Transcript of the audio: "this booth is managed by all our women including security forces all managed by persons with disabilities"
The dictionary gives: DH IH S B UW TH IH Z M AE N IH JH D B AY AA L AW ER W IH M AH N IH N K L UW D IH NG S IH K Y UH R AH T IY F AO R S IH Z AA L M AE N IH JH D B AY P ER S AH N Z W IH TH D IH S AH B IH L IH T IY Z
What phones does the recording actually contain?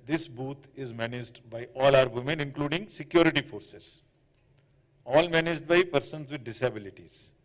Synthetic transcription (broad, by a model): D IH S B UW T IH Z M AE N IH JH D B AY AA L AW ER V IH M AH N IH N K L UW D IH NG S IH K Y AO R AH T IY F AO R S IH Z AA L M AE N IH JH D B AY P ER S AH N Z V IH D D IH S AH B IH L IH T IY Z